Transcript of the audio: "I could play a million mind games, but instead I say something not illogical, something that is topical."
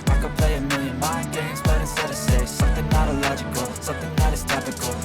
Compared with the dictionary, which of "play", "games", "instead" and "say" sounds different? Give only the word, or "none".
instead